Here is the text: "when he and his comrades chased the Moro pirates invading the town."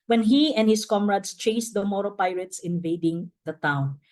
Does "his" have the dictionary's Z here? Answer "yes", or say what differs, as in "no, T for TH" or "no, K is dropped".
no, S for Z